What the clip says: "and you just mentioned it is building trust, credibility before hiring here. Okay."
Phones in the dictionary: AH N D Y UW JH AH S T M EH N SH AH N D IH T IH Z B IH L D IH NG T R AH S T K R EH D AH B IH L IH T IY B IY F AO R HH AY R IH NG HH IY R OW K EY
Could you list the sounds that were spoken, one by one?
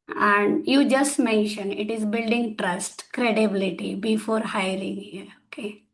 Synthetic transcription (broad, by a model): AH N D Y UW JH AH S T M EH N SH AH N IH T IH Z B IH L D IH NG T R AH S T K R EH D AH B IH L IH T IY B IY F AO R HH AY R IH NG HH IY R OW K EY